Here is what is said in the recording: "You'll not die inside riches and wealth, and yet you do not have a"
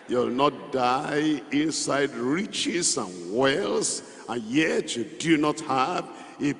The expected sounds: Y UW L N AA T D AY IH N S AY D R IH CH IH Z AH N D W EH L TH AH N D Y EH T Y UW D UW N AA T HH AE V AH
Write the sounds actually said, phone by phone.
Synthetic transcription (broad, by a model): Y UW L N AA T D AY IH N S AY D R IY CH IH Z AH N W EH L S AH N Y EH T Y UW D UW N AA T HH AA V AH